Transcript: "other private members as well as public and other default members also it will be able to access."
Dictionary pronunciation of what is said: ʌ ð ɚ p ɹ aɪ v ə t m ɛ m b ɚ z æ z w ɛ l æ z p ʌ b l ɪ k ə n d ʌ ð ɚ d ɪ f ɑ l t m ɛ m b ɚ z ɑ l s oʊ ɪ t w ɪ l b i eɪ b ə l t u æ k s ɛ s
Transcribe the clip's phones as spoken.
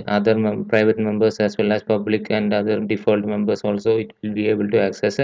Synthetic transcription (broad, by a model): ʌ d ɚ p ɹ aɪ v ə t m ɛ m b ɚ s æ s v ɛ l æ s p ʌ b l ɪ k ə n d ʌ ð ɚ d ɪ f ɑ l t m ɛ m b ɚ s ɑ l s oʊ ɪ t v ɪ l b i eɪ b ə l t u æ k s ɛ s